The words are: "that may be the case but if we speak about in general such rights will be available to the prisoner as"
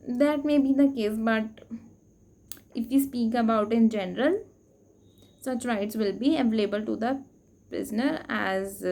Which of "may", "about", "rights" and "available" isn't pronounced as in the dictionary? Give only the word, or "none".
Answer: none